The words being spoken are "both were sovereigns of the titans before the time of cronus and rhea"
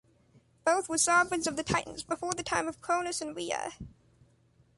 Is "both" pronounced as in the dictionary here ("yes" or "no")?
yes